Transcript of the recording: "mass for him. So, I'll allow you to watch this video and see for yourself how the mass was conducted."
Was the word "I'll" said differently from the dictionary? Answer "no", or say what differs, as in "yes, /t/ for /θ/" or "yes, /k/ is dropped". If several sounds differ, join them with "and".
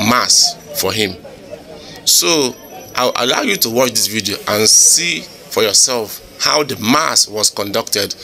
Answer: yes, /w/ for /l/